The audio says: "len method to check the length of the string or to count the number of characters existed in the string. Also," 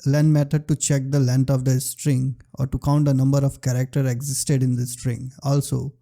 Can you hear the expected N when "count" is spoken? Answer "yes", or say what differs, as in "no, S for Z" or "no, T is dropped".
yes